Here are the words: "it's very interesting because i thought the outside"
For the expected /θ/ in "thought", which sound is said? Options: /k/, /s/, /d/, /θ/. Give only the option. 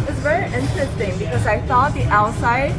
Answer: /s/